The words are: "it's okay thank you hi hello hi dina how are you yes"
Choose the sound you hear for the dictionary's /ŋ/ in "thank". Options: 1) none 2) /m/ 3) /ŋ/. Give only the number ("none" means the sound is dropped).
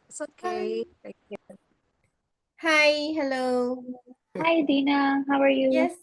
1